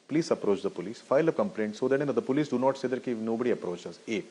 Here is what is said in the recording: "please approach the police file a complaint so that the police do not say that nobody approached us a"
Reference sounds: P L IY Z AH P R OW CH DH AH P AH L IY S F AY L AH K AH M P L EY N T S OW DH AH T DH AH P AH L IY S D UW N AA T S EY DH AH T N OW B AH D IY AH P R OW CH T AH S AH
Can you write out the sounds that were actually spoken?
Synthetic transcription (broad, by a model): P L IY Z AH P R OW CH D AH P AH L IY S F AY L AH K AH M P L EY N T S OW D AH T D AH P AH L IY S D UW N AA T S EY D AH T N OW B AH D IY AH P R OW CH AH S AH